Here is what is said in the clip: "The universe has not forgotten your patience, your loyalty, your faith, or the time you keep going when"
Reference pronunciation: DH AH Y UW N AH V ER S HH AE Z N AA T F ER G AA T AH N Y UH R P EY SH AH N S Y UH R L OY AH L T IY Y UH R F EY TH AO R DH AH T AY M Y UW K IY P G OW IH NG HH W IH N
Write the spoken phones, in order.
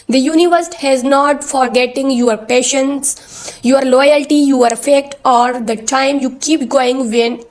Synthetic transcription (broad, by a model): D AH Y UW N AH V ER S HH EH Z N AA T F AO G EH T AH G Y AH R P EY SH AH N S Y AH R L OY AH L T IY Y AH R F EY T AO R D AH T AY M Y UW K IY P G OW IH NG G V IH N